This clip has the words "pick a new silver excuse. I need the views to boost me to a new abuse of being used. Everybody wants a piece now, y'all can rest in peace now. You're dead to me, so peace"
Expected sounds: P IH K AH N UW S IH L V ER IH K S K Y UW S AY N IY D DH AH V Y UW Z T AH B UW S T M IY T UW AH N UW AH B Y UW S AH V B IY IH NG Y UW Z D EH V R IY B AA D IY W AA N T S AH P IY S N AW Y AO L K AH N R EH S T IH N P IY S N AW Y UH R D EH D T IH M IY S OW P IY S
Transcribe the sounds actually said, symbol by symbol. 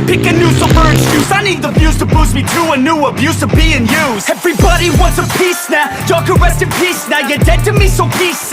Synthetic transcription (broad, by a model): P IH K AH N UW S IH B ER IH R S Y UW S AY N IY D DH AH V Y UW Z T AH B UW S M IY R UW AH N UW AH B Y UW S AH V B IY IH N Y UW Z EH V R IY B AA D IY W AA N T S AH P IY S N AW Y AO K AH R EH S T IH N P IY S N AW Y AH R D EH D T IH M IY S OW P IY S